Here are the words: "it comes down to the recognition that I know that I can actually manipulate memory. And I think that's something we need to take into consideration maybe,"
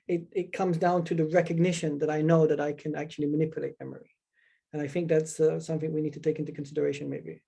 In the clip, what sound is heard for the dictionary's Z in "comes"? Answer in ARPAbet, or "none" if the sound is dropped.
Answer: Z